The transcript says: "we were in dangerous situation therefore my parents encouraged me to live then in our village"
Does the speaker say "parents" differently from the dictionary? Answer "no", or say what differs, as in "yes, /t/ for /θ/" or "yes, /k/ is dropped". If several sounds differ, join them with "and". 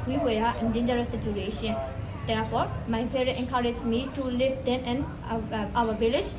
yes, /n/ is dropped and /s/ is dropped